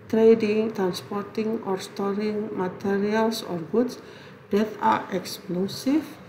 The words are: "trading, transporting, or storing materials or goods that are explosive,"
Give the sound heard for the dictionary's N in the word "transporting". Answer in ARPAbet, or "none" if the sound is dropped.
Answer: N